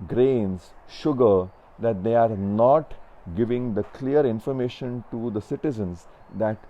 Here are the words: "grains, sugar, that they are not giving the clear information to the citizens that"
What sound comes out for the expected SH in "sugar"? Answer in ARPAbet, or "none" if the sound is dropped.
SH